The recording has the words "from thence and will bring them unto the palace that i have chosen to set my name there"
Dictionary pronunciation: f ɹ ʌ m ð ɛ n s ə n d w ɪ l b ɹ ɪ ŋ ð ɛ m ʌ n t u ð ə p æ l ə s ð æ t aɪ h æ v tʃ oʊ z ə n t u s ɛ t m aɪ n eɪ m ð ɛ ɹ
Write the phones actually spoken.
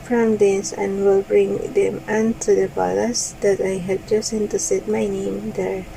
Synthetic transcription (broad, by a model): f ɹ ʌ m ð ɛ n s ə n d w ɪ l b ɹ ɪ ŋ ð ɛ m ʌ n t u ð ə b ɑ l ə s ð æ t aɪ h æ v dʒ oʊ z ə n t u s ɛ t m aɪ n eɪ m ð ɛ ɹ